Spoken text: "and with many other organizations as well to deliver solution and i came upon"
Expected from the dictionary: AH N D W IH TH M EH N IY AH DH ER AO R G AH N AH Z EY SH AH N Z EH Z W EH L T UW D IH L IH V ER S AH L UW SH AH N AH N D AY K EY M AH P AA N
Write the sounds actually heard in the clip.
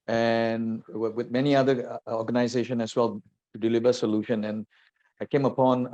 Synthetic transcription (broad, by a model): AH N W W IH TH M EH N IY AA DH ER AO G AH N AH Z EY SH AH N EH S W EH L T UW D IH L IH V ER S AH L UW SH AH N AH N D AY K EY M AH P AA N